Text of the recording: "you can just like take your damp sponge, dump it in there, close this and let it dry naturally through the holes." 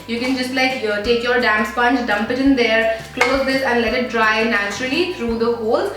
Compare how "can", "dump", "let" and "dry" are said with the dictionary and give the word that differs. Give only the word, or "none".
none